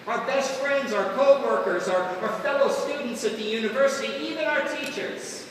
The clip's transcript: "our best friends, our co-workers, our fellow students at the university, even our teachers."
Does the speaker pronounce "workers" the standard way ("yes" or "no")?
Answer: yes